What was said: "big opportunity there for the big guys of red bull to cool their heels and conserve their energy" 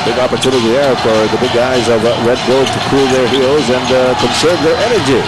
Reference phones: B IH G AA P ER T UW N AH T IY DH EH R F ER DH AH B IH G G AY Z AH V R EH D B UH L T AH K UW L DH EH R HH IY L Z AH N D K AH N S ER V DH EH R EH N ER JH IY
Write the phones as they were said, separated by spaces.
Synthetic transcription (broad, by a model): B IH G AA P ER T UW N AH T IY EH R F ER DH AH B IH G G AY Z AH V R EH D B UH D T AH K UW L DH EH R HH IY L Z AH N K AH N S ER V DH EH R EH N ER JH IY